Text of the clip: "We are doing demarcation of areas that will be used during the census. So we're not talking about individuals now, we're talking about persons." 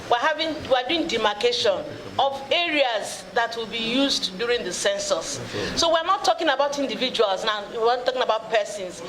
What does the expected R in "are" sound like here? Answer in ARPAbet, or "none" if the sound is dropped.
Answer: W